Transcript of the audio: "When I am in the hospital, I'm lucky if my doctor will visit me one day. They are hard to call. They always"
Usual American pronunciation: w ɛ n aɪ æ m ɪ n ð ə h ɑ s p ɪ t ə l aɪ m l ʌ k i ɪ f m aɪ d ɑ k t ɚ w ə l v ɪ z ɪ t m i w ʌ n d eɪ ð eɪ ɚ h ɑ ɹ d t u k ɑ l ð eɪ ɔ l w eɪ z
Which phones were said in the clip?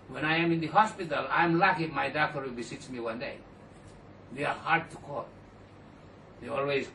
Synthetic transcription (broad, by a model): w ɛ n aɪ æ m ɪ n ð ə h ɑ s p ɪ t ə l aɪ m l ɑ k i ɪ m aɪ d ɑ k t ɚ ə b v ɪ s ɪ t m i w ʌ n d eɪ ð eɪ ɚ h ɑ ɹ d t u k ɑ l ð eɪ ɔ l w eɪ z